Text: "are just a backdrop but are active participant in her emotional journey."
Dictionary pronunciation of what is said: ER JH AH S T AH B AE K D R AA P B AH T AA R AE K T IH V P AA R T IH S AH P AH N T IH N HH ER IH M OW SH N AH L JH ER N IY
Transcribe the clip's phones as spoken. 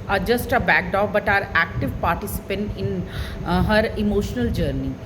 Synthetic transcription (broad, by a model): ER JH AH S T AH B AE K D AA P B AH T AA R AE K T IH V P AA R T IH S AH P AH N T IH N HH ER IH M OW SH N AH L JH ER N IY